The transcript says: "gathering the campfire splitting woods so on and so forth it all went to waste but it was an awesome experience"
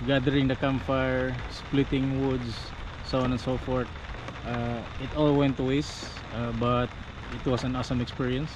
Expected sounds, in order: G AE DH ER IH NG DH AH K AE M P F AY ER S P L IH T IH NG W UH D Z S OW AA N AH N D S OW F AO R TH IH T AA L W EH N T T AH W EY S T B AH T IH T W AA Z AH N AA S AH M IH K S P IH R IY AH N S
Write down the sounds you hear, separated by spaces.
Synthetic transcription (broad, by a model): G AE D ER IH NG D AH K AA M F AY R S P L IH T IH NG W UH D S S OW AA N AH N S OW F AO R T IH T AA L W EH N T T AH W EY S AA B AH T IH T W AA S AH N AA S AH M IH K S P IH R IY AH N S